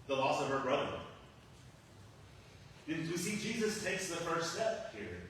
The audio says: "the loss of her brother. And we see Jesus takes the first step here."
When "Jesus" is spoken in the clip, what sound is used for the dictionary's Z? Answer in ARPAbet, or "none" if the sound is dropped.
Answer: Z